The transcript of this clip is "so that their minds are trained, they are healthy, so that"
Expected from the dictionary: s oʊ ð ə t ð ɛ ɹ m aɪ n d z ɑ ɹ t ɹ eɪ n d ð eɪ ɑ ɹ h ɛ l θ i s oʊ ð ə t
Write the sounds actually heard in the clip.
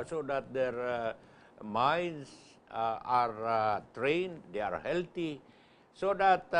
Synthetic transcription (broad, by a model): s oʊ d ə t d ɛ ɹ m aɪ n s ɑ ɹ t ɹ eɪ n d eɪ ɑ ɹ h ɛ l t i s oʊ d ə t